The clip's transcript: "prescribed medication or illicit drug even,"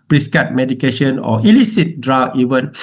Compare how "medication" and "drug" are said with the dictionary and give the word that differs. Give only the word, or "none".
drug